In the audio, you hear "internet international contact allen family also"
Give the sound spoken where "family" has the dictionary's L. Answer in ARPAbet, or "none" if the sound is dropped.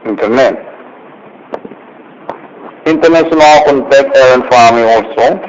none